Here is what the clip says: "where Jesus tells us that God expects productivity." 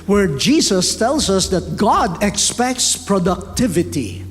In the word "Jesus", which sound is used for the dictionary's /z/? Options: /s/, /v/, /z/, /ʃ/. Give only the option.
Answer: /s/